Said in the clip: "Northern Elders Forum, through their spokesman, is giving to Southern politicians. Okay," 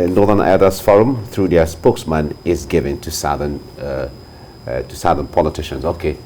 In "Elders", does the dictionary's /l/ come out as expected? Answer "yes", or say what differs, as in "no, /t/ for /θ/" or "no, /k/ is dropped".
no, /l/ is dropped